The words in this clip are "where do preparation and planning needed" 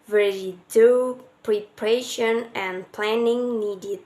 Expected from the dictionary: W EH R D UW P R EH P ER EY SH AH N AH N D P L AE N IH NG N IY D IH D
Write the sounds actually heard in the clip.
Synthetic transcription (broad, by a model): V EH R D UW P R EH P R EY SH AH N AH N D P L AE N IH NG N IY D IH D